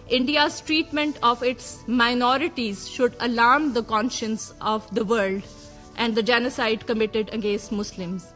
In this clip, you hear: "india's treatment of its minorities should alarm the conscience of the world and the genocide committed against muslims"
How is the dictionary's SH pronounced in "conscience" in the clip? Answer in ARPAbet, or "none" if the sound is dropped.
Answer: SH